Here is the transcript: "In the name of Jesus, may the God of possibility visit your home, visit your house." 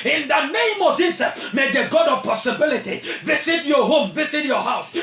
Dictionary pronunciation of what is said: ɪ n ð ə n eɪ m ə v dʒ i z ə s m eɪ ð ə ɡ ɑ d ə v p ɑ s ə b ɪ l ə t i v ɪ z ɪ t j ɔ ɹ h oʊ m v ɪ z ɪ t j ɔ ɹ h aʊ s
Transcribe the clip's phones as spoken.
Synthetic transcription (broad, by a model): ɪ n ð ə n eɪ m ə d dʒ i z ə m eɪ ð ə ɡ ɑ d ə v p ɑ s ə b ɪ l ə t i v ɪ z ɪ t j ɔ h oʊ m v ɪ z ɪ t j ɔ h aʊ s